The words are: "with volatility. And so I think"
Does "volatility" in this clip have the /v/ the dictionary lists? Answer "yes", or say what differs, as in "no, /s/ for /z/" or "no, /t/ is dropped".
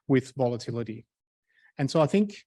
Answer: yes